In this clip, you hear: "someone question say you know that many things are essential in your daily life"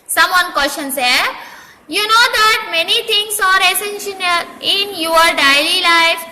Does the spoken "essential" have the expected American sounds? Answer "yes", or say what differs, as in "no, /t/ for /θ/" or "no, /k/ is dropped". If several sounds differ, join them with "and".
no, /n/ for /l/